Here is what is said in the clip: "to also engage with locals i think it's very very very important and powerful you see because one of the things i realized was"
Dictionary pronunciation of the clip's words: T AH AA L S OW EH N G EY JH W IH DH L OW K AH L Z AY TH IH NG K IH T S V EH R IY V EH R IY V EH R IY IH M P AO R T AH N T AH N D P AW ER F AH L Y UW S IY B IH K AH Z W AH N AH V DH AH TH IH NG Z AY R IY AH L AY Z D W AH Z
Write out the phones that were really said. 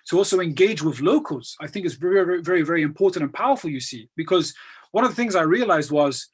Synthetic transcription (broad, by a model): T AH AA L S OW EH N G EY JH W IH DH L OW K AH L Z AY TH IH NG K IH T S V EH R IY V EH R IY V EH R IY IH M P AO R T N T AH N P AW ER F AH L Y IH S IY B IH K AH Z W AH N AH V DH AH TH IH NG Z AY R IY AH L AY Z D W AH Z